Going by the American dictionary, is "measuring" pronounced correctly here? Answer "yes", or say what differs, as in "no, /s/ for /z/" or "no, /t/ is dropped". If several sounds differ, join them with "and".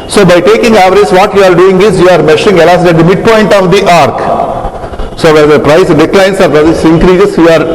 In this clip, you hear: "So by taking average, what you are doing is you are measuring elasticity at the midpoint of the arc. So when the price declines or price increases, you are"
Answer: no, /ʃ/ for /ʒ/